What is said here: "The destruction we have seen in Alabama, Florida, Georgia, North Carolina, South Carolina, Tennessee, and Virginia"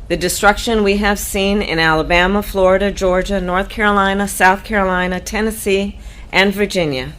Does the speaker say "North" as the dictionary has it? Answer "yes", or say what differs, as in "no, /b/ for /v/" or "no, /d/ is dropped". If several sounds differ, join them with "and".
yes